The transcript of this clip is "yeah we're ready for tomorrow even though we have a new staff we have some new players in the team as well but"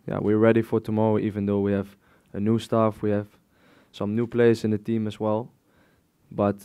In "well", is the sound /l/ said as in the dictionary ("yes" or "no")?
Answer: yes